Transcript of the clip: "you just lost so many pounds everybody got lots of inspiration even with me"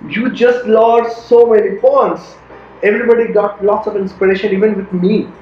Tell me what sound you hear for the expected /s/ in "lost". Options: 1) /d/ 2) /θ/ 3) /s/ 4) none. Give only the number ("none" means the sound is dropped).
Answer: 4